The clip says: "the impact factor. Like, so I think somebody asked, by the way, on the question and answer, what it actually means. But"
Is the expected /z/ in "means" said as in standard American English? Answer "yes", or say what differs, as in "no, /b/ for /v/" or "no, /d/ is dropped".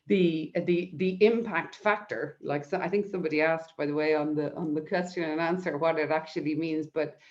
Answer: yes